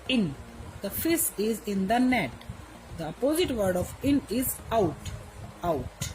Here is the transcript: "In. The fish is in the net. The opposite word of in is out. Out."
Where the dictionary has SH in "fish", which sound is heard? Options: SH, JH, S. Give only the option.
S